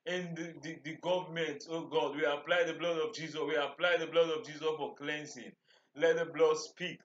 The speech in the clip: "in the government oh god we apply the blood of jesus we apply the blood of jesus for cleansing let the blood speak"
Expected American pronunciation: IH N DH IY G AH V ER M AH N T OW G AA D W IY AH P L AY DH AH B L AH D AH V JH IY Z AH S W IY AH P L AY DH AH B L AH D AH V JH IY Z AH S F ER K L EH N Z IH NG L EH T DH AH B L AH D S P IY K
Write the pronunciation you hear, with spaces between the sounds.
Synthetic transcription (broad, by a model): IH N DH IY G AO V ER M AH N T OW G AA D W IY AH P L AY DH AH B L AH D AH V JH IY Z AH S W IY AH P L AY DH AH B L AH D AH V JH IY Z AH S F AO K L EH N S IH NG L EH T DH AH B L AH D S P IY K